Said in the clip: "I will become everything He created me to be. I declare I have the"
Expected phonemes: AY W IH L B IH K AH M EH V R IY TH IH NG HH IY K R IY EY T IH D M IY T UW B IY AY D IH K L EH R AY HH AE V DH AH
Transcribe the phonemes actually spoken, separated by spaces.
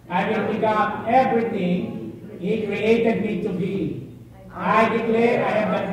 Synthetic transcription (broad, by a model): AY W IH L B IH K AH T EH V R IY T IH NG HH IY K R IY EY T IH D M IY T UW B IY AY D IH K L EH R AY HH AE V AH